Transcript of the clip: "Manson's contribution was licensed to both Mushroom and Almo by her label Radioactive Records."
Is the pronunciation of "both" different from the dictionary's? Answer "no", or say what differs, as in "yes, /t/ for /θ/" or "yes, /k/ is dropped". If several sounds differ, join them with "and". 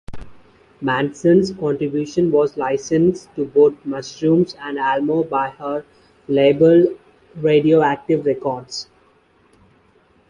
yes, /t/ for /θ/